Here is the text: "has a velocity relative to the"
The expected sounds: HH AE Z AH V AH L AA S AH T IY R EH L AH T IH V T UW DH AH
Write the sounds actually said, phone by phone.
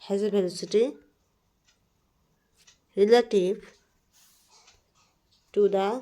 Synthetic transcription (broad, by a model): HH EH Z AH B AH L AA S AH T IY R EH L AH T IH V T UW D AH